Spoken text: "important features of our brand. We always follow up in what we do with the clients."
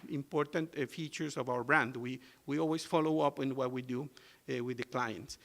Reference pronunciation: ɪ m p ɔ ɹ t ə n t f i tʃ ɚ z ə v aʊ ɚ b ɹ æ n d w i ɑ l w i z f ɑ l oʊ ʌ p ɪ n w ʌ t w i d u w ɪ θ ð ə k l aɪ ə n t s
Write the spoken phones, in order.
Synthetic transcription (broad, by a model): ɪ m p ɔ ɹ t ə n t f i tʃ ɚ s ə v aʊ ɚ b ɹ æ n d w i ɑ l w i s f ɑ l oʊ ʌ p ɪ n w ʌ t w i d u w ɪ ð ə k l aɪ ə n t s